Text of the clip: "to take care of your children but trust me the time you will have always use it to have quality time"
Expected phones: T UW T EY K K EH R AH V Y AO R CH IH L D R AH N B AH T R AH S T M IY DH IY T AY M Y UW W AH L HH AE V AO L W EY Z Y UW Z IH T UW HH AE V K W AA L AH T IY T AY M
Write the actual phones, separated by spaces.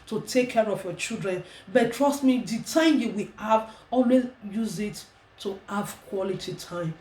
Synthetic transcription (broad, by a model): T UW T EY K K EH R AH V Y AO CH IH L D R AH N B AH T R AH S T M IY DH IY T AY M Y UW W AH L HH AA V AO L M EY Y UW Z IH T UW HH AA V K W AA L AH T IY T AY M